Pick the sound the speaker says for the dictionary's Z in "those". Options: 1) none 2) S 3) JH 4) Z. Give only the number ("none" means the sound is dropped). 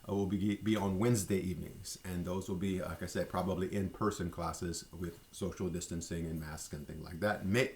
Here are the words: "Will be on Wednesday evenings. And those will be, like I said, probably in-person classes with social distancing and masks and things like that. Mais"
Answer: 4